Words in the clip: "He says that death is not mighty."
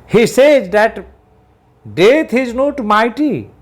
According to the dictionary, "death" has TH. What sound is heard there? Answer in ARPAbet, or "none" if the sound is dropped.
T